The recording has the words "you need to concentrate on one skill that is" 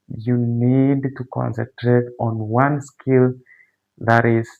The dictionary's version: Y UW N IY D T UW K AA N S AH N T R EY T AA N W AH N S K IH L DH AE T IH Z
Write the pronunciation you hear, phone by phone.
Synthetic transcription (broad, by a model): Y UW N IY D T UW K AA N S AH N T R EY T AA N W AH N S K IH L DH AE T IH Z